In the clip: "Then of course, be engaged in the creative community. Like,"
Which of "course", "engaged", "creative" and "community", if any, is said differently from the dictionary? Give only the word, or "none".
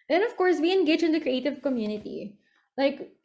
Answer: engaged